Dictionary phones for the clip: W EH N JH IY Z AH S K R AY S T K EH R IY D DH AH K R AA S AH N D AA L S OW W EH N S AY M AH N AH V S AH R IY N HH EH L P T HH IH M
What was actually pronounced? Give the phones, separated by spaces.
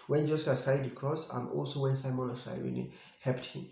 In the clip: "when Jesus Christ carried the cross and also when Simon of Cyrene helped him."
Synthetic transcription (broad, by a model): W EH N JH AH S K AY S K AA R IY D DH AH K R AA S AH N AA L S OW W EH N S AY M AH N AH F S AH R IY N HH EH L P T HH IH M